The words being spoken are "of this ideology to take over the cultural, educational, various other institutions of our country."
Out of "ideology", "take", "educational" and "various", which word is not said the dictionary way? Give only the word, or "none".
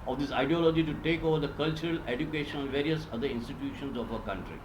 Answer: educational